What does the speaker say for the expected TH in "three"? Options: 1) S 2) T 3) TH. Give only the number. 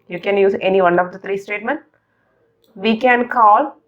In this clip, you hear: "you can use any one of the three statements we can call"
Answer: 2